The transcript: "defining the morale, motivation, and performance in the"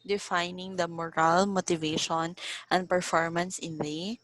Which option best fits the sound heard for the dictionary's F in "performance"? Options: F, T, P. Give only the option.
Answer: F